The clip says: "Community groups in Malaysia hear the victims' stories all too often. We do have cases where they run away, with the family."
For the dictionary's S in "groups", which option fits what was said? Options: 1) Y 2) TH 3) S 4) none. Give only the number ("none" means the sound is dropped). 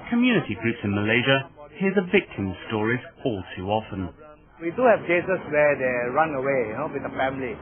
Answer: 3